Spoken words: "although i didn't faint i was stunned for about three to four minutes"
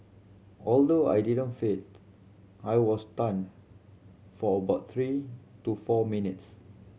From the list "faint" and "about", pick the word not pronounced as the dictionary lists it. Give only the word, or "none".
faint